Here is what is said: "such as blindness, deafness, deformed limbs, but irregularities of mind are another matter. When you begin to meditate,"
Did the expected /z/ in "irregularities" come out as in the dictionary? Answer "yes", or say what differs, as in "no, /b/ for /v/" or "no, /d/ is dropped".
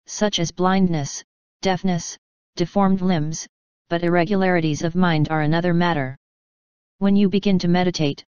yes